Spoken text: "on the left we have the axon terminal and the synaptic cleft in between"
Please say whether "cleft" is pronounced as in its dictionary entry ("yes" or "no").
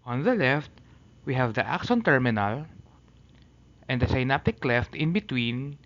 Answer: yes